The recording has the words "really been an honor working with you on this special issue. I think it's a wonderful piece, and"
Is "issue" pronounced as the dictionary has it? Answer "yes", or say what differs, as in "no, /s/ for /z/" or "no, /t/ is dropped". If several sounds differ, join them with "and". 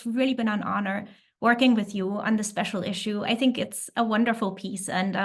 yes